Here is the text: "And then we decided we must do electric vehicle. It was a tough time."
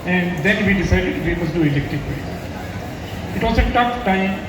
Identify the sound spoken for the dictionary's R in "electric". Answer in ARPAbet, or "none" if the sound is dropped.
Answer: none